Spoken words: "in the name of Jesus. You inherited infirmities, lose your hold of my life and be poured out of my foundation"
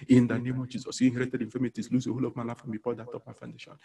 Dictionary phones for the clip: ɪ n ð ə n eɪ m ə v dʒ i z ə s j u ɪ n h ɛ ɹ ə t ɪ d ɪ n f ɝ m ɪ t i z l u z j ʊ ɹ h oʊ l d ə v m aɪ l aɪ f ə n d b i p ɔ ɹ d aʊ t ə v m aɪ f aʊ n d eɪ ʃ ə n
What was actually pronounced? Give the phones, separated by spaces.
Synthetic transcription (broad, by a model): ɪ n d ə n eɪ m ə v dʒ i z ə s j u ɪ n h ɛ ɹ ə t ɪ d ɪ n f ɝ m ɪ t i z l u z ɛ h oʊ l ə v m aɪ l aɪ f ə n b i f ɔ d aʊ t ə p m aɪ f aʊ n d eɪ ʃ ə n